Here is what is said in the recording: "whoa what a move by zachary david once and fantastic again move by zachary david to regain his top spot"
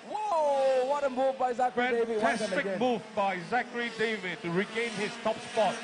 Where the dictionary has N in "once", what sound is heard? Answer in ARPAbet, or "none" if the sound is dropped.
none